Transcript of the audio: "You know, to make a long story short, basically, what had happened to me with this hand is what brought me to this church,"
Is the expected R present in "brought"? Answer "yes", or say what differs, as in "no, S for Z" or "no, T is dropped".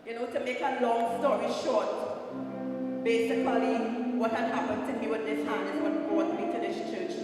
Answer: no, R is dropped